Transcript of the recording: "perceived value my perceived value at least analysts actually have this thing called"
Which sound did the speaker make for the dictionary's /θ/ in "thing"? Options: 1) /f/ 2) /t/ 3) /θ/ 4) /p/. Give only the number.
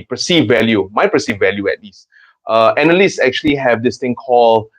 2